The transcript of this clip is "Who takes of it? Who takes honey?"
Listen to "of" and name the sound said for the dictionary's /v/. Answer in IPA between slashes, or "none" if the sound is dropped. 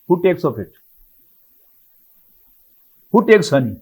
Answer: /p/